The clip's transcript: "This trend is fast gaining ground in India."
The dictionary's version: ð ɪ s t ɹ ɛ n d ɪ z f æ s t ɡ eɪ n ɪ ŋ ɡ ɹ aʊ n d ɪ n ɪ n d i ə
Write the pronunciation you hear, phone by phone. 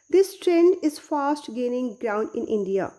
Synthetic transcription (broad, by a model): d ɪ s t ɹ ɛ n d ɪ z f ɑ s t ɡ eɪ n ɪ ŋ ɡ ɹ aʊ n d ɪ n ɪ n d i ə